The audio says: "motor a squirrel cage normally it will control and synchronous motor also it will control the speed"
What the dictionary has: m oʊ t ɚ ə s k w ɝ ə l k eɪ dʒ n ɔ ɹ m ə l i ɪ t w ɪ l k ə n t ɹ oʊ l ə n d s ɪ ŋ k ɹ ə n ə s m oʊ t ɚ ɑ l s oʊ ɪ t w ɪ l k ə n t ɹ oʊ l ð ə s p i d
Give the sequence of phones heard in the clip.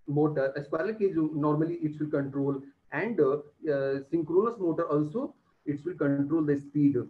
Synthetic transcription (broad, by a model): m oʊ t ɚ ə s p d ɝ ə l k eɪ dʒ n ɔ ɹ m ə l i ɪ t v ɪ l k ə n t ɹ oʊ l ə n d s ɪ ŋ k ɹ ə n ə s m oʊ t ɚ ɑ l s oʊ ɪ t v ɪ l k ə n t ɹ oʊ l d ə s p i d